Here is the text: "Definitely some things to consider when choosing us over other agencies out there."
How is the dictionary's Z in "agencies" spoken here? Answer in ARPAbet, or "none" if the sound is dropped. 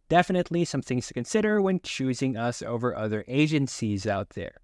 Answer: Z